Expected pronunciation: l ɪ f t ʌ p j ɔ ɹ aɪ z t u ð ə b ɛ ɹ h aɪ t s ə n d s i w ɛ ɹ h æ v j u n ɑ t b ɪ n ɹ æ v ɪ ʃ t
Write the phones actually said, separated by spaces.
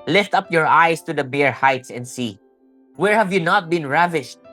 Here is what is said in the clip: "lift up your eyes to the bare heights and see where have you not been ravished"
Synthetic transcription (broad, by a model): l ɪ f t ʌ p j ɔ ɹ aɪ s t u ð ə b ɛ ɹ h aɪ t s ə n d s i w ɛ ɹ h æ v j u n ɑ t b ɪ n ɹ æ v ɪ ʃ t